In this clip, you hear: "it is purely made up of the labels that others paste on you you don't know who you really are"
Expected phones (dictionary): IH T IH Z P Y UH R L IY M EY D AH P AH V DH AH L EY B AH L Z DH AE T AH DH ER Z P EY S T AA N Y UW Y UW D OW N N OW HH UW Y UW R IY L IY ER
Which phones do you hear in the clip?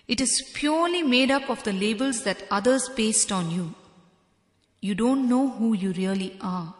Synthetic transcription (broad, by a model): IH T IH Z P Y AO R L IY M EY D AH P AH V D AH L EY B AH L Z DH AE T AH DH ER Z B EY S T AA N Y UW Y UW D OW N N OW HH UW Y UW R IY L IY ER